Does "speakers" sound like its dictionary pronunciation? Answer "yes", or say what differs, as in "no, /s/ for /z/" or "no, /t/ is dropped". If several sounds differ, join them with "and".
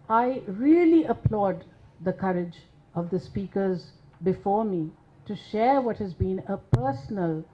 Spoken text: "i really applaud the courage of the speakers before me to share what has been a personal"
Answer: yes